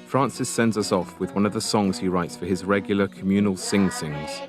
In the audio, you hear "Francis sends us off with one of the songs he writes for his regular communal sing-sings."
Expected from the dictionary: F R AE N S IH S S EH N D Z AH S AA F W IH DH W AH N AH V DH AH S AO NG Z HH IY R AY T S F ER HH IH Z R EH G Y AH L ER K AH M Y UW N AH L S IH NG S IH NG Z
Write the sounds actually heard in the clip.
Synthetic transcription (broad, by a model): F R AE N S IH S S EH N D Z AH S AA F W IH DH W AH N AH V DH AH S AO NG Z HH IY R AY T S F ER IH Z R EH G Y L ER K AH M Y UW N AH L S IH NG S IH NG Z